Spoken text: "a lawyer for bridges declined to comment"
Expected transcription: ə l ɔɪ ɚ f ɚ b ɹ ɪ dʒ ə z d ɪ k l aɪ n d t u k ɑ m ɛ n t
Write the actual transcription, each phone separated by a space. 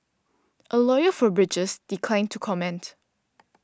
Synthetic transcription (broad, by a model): ə l ɔɪ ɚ f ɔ b ɹ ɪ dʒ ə s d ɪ k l aɪ n t u k ɑ m ɛ n t